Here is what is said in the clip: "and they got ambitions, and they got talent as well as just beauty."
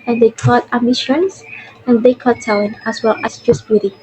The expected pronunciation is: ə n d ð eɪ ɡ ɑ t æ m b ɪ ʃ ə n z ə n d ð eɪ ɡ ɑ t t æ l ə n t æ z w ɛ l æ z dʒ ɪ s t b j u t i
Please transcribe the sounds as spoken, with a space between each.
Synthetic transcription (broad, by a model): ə n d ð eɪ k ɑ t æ m ɪ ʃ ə n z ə n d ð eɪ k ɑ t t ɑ ə n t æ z w ɛ l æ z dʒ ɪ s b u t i